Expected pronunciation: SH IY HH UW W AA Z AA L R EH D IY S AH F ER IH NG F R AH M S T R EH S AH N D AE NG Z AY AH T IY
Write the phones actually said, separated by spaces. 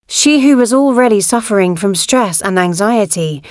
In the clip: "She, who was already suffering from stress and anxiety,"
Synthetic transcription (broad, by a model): SH IY HH UW W AA Z AA L R EH D IY S AH F ER IH NG F R AH M S T R EH S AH N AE NG Z AY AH T IY